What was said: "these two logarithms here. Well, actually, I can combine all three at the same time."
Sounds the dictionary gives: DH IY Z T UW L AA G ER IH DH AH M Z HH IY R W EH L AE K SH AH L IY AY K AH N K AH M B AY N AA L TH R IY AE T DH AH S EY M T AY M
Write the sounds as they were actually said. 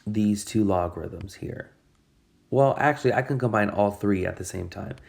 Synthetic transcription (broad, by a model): DH IY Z T UW L AA G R IH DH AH M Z HH IY R W EH L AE K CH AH L IY AY K AH N K AH M B AY N AA L TH R IY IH T DH AH S EY M T AY M